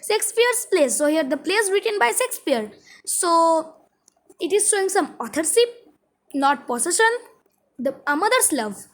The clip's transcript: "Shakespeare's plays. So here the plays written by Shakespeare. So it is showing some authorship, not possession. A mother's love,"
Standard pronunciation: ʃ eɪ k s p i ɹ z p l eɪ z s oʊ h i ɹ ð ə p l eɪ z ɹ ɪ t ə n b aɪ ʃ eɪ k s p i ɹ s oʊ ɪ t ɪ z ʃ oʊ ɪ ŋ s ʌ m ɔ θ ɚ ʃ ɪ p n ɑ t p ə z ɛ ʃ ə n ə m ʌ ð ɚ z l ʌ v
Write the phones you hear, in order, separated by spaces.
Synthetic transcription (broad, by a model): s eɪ k s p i ɹ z p l eɪ s oʊ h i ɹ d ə p l eɪ s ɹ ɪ t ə n b aɪ s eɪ k s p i ɹ s oʊ ɪ t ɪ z ʃ oʊ ɪ ŋ s ʌ m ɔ t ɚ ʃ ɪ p n ɑ t p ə s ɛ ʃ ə n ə m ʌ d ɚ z l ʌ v